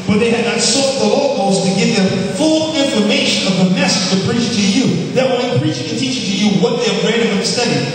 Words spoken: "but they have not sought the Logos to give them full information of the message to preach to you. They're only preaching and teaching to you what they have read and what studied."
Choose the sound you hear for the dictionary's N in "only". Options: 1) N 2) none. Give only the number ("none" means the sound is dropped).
2